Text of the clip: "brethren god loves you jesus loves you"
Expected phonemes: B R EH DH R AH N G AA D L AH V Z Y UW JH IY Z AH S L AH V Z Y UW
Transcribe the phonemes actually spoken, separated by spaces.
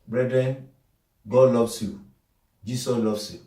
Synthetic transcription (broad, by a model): B R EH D R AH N G AA D L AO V S Y UW JH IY S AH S L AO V S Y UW